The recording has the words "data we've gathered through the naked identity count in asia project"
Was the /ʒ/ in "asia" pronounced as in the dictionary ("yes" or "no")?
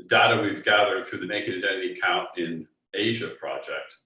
yes